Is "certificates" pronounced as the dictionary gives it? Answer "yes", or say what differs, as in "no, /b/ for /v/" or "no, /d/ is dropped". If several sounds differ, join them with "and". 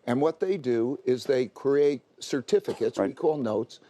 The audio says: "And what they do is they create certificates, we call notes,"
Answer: yes